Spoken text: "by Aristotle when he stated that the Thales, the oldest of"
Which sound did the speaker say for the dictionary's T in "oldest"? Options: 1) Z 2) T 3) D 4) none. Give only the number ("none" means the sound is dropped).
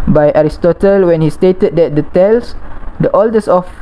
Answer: 4